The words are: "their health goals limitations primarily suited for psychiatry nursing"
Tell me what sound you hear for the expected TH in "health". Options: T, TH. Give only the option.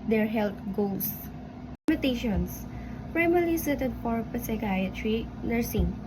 T